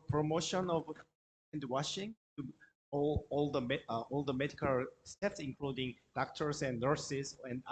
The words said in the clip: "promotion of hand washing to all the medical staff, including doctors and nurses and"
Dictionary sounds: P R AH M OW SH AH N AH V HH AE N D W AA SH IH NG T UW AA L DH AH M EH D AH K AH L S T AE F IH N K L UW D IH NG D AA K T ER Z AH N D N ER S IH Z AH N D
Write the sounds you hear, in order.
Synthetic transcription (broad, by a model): P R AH M OW SH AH N AH V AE N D W AA SH IH NG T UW AA L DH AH M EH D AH K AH L S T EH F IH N K L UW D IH NG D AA K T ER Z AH N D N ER S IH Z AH N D